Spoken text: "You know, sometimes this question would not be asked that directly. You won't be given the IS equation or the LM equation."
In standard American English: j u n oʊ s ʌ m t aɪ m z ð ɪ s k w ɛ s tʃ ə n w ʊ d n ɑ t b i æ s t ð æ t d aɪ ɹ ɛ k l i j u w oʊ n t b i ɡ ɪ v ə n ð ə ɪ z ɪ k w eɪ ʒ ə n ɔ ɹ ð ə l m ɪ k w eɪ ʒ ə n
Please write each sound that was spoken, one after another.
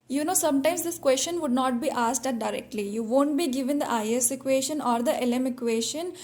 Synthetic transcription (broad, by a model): j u n oʊ s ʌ m t aɪ m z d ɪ s k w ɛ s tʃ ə n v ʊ d n ɑ t b i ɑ s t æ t d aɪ ɹ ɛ k l i j u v oʊ n t b i ɡ ɪ v ə n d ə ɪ s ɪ k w eɪ ʃ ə n ɔ ɹ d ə l m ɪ k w eɪ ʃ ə n